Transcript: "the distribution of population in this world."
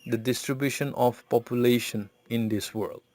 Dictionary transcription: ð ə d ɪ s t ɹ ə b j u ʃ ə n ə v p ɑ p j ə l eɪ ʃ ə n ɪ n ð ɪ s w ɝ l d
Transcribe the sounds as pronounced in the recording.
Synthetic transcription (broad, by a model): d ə d ɪ s t ɹ ə b j u ʃ ə n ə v p ɑ p j ə l eɪ ʃ ə n ɪ n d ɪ s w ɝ l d